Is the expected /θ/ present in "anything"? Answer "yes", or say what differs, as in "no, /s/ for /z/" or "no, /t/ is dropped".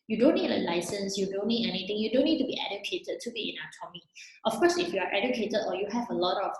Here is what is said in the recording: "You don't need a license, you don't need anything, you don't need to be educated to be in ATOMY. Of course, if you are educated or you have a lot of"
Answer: no, /t/ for /θ/